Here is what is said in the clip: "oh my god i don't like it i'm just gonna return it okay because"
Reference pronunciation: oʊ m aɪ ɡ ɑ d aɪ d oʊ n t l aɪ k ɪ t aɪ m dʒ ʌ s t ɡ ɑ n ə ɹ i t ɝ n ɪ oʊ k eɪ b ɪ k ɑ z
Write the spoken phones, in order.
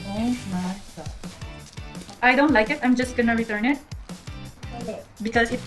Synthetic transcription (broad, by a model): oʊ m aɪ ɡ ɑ aɪ d oʊ n t l aɪ k ɪ t aɪ m dʒ ʌ s t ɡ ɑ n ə ɹ i t ɝ n ɪ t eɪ b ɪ k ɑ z